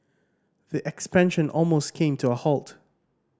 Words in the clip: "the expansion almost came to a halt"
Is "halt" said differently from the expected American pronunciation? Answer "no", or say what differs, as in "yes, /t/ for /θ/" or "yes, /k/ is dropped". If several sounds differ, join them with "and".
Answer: no